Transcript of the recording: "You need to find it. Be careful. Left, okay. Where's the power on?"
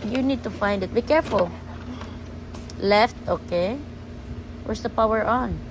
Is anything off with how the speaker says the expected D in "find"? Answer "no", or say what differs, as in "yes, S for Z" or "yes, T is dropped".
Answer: no